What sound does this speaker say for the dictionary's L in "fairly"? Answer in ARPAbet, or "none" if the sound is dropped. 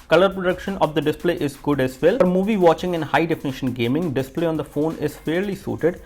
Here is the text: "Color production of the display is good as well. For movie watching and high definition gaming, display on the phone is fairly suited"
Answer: L